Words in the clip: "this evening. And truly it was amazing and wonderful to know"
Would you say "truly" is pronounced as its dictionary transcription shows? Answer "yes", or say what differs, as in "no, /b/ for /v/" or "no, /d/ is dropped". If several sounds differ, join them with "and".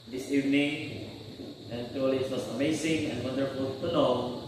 no, /ɹ/ is dropped